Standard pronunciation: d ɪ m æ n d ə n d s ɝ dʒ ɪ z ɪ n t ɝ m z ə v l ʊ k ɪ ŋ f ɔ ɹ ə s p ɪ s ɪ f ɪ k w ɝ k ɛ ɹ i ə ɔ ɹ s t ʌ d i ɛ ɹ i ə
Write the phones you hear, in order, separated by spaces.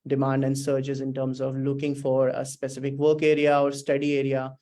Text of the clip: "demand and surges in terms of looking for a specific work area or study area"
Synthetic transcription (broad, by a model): d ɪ m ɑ n d ə n d s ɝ tʃ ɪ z ɪ n t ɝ m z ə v l ʊ k ɪ ŋ f ɔ ɹ ə s p ɪ s ɪ f ɪ k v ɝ k ɛ ɹ i ə ɔ ɹ s t ʌ d i ɛ ɹ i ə